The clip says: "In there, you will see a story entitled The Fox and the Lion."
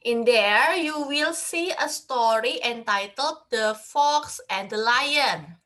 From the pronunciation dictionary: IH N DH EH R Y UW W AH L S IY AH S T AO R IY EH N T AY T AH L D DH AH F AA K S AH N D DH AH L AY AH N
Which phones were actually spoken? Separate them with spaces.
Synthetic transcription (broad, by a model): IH N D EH R Y UW W AH L S IY AH S T AO R IY EH N T AY T AH L D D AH F AA K S AH N D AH L AY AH N